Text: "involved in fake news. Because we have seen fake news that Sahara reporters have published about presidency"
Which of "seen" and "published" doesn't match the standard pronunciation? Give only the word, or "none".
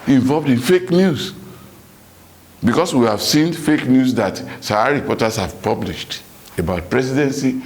none